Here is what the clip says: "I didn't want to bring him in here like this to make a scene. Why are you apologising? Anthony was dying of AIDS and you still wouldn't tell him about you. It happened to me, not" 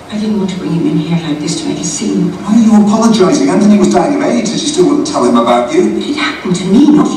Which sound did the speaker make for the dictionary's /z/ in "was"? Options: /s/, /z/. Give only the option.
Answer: /z/